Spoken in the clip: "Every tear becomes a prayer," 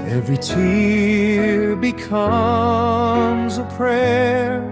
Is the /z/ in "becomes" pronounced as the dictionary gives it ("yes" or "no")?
yes